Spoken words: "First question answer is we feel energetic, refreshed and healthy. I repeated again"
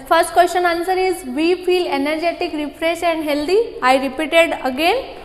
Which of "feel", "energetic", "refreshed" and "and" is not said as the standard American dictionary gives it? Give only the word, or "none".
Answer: refreshed